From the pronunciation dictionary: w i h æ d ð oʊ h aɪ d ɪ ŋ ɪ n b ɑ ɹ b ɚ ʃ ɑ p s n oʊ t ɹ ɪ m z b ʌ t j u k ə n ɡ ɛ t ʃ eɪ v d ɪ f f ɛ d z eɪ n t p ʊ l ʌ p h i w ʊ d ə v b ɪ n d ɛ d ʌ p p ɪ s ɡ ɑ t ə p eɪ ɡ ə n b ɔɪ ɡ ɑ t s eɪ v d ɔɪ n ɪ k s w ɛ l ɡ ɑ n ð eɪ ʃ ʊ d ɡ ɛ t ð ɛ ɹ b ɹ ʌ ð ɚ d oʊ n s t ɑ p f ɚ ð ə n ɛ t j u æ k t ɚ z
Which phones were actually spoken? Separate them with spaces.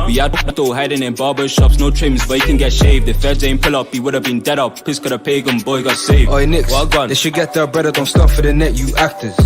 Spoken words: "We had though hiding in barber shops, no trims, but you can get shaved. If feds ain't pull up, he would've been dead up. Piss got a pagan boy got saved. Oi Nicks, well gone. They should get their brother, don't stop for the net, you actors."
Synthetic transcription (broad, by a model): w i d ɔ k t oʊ h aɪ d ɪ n ɪ n b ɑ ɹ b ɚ ʃ ɑ p s n oʊ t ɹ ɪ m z b ʌ t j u k ə n ɡ ɛ t ʃ eɪ v d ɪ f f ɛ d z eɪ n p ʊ l ʌ p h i w ʊ d ə v b ɪ n d ɛ d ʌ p p ɪ s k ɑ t ə p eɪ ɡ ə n b ɔɪ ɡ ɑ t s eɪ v ɔɪ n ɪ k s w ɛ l ɡ ɑ n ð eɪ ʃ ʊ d ɡ ɛ t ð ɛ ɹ b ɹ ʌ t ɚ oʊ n s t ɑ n f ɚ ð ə n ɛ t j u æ k t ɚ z